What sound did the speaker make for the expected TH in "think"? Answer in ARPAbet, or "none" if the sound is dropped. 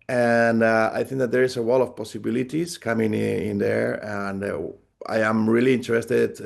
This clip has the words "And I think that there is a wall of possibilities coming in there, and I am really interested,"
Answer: TH